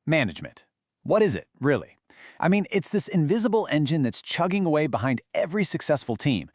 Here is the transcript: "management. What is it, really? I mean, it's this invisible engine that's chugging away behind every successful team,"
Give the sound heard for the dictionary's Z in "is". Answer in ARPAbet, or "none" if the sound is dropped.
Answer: Z